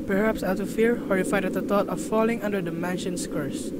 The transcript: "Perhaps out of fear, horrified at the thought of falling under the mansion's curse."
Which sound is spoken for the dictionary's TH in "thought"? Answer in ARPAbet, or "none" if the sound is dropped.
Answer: T